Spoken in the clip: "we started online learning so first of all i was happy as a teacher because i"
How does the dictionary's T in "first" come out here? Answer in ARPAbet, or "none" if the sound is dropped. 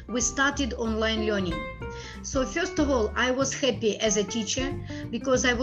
T